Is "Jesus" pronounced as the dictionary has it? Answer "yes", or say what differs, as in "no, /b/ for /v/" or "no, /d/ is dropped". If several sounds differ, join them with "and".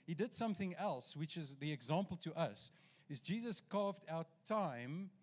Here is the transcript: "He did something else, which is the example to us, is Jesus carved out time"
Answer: yes